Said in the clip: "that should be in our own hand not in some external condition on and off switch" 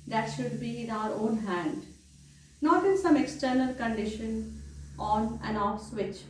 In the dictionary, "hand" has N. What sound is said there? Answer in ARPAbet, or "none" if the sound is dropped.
N